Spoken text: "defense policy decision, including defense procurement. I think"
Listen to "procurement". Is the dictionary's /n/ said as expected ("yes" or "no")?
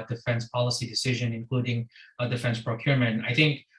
yes